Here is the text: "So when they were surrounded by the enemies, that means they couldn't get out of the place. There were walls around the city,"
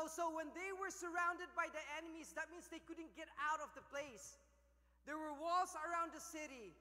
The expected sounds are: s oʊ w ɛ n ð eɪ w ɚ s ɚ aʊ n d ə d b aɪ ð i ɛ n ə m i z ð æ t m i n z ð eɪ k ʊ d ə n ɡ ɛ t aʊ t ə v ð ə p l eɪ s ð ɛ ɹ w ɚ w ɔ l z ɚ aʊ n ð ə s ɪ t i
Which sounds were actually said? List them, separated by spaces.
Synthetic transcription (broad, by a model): s oʊ w ɛ n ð eɪ w ɚ s ɚ aʊ n d ə d b aɪ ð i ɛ n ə m i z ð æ t m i n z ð eɪ k ʊ d ə n ɡ ɛ t aʊ t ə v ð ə p l eɪ s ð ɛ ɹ w ɚ w ɔ l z ɚ aʊ n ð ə s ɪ t i